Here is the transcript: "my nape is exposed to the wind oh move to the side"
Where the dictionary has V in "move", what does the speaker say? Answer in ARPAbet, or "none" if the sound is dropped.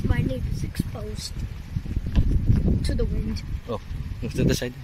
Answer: F